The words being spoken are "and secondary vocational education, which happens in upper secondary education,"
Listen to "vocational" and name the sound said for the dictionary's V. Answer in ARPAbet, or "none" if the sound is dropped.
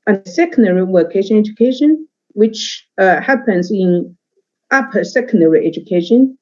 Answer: W